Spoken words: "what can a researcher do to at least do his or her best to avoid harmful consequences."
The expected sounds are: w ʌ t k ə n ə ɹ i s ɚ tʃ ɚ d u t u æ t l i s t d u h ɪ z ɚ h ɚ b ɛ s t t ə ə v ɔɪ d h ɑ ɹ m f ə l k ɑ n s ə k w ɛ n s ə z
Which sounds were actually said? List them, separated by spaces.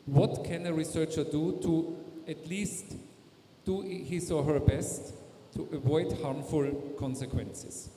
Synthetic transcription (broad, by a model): w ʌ t k ə n ə ɹ i s ɚ tʃ ɚ d u t u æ t l i s t d u h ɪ s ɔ h ɚ b ɛ s t t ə ə v ɔɪ d h ɑ ɹ m f ə l k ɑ n s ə k w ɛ n s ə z